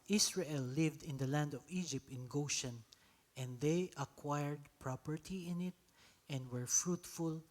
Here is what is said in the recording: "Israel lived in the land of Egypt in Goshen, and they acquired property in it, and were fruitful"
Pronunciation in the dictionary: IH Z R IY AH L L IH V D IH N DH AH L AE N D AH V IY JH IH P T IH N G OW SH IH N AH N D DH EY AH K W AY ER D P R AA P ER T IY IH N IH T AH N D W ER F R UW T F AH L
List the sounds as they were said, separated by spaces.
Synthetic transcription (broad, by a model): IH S R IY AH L L IH V D IH N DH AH L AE N D AH V IY JH IH P T IH N G OW SH IH N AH N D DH EY AH K W AY ER D P R AA P ER T IY IH N IH T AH N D W ER F R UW T F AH L